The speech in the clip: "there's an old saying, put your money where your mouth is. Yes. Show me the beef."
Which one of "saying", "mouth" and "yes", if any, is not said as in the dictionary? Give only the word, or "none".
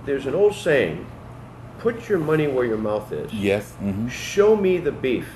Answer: none